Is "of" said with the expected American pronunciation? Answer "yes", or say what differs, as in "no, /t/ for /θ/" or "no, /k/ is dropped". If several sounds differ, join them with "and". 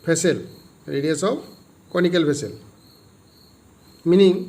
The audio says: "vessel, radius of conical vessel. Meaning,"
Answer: no, /p/ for /v/